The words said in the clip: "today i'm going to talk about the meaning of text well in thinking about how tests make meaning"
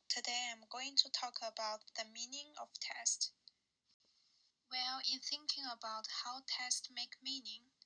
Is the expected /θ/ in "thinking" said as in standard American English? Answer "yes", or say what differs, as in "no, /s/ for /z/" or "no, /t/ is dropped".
yes